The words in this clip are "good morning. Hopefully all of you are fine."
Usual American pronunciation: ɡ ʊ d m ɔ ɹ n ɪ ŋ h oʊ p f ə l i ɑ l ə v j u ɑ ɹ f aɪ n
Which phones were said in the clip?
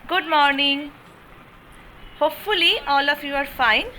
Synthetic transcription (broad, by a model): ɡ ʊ d m ɔ ɹ n ɪ ŋ h oʊ p f ə l i ɑ l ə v j u ɑ ɹ f aɪ n